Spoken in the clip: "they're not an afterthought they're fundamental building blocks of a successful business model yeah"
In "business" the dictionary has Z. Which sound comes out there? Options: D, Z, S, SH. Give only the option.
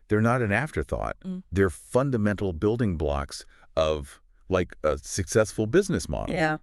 Z